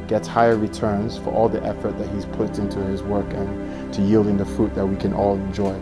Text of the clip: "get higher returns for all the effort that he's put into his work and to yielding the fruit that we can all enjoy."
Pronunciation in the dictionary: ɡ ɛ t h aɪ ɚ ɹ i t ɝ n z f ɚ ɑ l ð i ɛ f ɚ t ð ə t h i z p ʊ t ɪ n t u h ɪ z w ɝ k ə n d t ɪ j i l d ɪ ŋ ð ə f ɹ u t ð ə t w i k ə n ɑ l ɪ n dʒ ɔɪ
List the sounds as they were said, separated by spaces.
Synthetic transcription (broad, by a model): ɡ ɛ t h aɪ ɚ ɹ i t ɝ n z f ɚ ɑ l ð i ɛ f ɚ t ð ə t h i z p ʊ t ɪ n t u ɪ z w ɝ k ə n t ɪ j i l d ɪ ŋ ð ə f ɹ u t ð ə t w i k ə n ɑ l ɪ n dʒ ɔɪ